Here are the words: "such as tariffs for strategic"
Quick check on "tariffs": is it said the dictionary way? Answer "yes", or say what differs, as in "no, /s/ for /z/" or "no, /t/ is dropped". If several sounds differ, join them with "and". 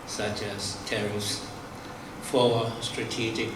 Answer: no, /f/ is dropped